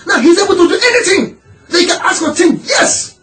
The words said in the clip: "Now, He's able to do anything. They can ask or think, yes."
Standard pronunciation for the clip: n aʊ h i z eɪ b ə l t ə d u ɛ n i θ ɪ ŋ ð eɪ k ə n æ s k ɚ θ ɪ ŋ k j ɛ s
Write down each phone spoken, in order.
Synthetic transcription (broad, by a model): n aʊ h i z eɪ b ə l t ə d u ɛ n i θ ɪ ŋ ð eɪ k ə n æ s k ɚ t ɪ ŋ j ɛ s